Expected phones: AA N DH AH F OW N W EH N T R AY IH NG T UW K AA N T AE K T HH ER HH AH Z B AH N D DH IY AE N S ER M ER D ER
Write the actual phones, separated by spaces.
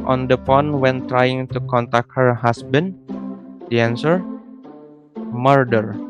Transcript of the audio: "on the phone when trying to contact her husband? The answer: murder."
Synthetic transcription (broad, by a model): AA N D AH P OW N W EH N T R AY IH NG T UW K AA N T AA K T HH ER HH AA S B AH N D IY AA N S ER M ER D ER